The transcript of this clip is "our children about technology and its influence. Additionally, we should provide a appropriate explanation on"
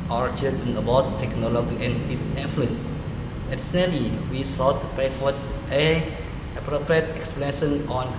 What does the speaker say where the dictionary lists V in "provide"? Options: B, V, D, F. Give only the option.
F